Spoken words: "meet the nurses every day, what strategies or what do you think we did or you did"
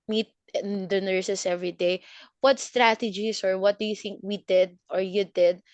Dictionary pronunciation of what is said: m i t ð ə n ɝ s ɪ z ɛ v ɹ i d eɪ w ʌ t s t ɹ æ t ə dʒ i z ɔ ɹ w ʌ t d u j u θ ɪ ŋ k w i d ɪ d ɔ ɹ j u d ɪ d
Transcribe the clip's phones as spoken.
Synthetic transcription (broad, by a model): m i t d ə n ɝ s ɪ s ɛ v ɹ i d eɪ w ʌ t s t ɹ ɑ t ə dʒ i s ɔ ɹ w ʌ t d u j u θ ɪ ŋ k w i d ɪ d ɔ ɹ j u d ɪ d